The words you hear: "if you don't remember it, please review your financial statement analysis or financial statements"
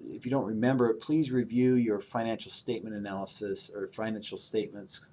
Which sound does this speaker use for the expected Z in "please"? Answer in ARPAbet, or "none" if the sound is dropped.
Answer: Z